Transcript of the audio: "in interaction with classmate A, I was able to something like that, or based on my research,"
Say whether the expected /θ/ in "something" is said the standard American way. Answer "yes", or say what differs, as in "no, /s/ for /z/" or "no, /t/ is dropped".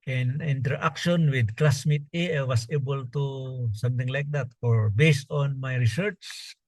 no, /t/ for /θ/